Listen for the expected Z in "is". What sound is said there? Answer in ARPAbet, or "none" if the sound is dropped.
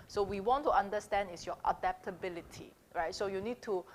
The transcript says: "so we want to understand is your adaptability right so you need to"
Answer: S